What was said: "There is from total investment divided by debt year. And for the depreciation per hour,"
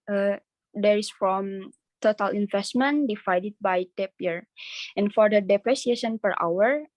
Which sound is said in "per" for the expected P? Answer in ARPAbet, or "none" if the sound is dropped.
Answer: P